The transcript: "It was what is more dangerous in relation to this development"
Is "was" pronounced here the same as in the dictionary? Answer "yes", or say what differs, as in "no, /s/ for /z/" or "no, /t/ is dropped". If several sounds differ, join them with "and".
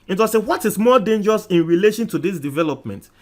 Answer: no, /s/ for /z/